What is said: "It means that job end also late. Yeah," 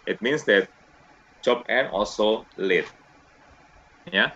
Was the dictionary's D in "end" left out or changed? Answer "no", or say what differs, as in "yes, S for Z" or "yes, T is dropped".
yes, D is dropped